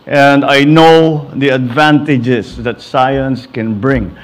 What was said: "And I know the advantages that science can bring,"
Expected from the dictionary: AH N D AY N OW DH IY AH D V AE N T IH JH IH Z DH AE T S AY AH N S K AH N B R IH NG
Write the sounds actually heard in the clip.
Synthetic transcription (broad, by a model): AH N D AY N OW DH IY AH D V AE N T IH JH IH S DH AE T S AY AH N S K AH N B R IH NG